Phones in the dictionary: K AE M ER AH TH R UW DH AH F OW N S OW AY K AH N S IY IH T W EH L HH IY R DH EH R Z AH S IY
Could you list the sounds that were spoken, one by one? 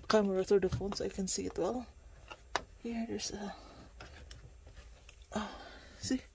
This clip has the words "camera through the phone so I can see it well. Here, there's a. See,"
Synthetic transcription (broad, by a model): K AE M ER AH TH UW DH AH F OW N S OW AY K AH N S IY IH T W EH L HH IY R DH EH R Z AH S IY